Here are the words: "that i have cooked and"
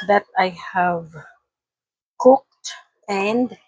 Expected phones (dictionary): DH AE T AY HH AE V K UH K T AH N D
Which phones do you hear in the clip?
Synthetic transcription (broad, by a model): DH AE T AY HH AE V K UH K T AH N D